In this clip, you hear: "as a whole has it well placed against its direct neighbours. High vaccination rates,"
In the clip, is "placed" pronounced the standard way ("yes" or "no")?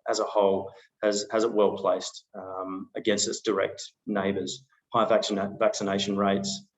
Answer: yes